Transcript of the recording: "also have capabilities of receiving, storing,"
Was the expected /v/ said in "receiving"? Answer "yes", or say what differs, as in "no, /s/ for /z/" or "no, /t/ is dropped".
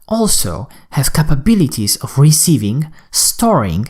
yes